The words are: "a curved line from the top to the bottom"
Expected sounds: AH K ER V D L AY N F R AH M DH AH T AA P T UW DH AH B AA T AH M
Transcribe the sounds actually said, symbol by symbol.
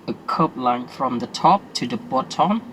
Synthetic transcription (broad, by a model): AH K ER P L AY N F R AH M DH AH T AA P T UW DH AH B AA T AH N